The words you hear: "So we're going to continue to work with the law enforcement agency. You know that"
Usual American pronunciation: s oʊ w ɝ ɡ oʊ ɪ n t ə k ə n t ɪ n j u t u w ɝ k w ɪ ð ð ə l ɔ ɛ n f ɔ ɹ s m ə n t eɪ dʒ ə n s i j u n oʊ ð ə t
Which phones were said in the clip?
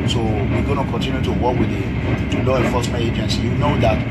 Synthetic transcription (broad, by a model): s oʊ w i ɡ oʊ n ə k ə n t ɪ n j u t u w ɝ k w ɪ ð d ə l ɔ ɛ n f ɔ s m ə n eɪ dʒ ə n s j u n oʊ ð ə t